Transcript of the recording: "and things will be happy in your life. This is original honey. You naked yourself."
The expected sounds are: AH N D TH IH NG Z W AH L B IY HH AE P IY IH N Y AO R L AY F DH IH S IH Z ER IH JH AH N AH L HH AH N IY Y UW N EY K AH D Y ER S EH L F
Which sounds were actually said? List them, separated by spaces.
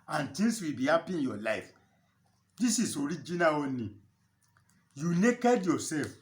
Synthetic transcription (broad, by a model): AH N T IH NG S W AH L B IY HH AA P IY IH N Y AO L AY F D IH S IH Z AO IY JH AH N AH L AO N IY Y UW N EY K AH D Y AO S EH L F